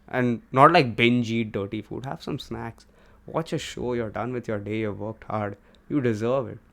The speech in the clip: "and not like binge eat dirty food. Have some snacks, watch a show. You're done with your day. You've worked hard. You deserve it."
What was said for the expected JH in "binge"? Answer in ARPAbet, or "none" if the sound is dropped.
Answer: JH